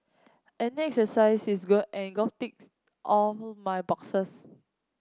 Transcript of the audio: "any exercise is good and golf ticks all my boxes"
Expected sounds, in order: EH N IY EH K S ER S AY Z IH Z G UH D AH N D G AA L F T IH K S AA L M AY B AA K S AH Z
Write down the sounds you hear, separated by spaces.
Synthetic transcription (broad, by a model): EH N IY EH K S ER S AY S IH S G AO AH N G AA F T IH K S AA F M AY B AA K S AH S